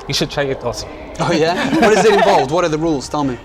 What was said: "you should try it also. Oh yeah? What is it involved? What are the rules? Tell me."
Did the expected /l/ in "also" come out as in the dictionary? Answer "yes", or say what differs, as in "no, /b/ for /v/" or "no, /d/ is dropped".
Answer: no, /l/ is dropped